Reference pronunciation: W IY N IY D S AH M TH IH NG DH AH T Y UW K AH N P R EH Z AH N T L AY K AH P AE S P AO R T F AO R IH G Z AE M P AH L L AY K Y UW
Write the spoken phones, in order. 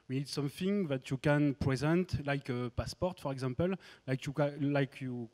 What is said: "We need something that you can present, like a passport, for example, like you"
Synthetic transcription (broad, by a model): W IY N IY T S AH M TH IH NG DH AH T Y UW K AH N P R EH Z AH N T L AY K AH P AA S P AO R T F AO R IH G Z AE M P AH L L AY K Y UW